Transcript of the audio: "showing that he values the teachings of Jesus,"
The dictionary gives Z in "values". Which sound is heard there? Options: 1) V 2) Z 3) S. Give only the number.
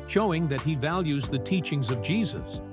2